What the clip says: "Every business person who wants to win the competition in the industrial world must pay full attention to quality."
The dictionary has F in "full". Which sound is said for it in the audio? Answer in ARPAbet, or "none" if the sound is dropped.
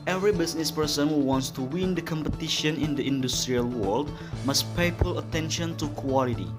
P